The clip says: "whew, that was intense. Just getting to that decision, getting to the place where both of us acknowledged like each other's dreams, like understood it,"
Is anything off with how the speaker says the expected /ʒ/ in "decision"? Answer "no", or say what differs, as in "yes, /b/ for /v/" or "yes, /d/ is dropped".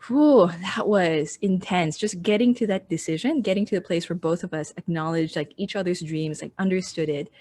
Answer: no